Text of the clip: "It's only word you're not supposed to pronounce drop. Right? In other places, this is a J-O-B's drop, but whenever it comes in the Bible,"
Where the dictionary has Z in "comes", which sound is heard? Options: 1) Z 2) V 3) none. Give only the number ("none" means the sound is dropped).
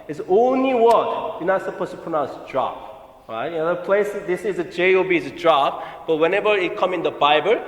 3